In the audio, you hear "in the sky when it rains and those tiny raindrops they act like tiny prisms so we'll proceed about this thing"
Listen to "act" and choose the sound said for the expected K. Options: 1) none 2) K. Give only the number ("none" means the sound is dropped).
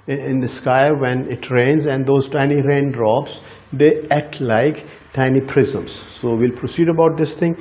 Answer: 1